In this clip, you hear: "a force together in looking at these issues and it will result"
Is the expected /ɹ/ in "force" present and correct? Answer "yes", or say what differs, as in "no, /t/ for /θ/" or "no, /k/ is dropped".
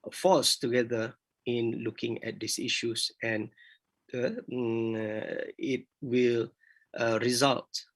no, /l/ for /ɹ/